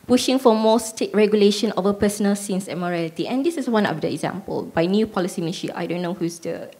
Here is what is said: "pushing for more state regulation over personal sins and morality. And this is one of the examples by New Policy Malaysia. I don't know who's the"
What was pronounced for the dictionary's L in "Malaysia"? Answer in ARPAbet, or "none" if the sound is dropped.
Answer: N